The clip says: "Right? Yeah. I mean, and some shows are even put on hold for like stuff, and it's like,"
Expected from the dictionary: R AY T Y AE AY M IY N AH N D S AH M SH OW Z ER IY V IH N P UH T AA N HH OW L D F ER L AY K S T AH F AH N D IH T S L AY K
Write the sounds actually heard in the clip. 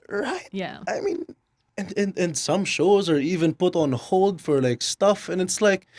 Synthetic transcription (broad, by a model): R AY T Y AE AY M IY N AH N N S AH M SH OW Z ER IY V IH N P UH T N HH OW L D F ER L AY K S T AH F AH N IH T S L AY K